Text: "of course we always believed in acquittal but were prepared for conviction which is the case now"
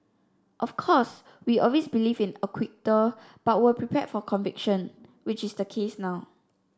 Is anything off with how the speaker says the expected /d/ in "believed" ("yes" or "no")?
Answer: yes